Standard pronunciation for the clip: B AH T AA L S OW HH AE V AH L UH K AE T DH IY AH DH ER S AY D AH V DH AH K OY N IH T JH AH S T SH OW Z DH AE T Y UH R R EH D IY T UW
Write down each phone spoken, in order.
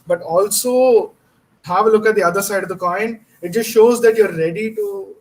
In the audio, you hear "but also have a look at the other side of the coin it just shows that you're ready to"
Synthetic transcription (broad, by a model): B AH T AA L S OW HH AE V L UH K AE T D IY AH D ER S AY D AH V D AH K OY N IH T JH AH S T SH OW Z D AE T Y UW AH R EH D IY T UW